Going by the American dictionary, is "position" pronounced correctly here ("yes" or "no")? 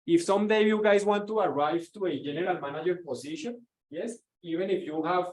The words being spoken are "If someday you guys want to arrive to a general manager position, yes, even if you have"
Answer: no